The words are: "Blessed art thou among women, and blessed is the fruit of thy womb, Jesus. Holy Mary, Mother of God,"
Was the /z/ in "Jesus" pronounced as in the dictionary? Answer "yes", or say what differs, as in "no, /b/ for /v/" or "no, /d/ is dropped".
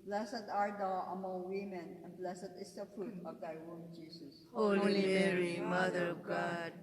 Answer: no, /s/ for /z/